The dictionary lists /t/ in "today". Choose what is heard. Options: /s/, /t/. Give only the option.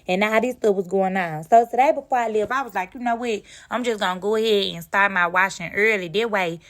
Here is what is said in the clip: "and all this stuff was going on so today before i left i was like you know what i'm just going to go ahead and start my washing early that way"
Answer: /s/